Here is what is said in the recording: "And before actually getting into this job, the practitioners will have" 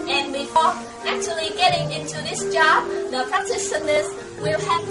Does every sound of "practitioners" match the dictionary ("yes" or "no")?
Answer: no